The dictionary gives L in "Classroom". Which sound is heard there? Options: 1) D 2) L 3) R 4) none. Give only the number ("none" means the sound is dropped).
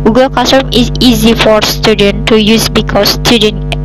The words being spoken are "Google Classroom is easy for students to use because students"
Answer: 4